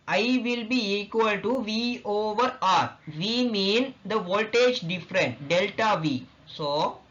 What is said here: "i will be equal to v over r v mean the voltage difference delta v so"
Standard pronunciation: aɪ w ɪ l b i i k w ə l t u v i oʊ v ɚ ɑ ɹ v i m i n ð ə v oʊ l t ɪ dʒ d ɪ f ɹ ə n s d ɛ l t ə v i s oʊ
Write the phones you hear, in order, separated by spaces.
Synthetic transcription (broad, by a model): aɪ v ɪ l b i i k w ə l t u v i oʊ v ɚ ɑ ɹ v i m i n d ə v oʊ l t ɪ dʒ d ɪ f ɹ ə n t d ɛ l t ə v i s oʊ